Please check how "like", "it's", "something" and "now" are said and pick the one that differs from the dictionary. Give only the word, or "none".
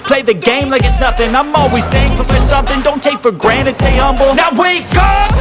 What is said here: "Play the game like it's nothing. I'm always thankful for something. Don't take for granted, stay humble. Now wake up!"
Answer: none